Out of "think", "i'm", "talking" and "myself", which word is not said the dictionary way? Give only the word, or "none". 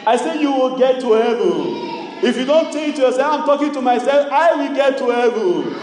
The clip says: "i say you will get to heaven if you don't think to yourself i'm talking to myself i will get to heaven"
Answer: think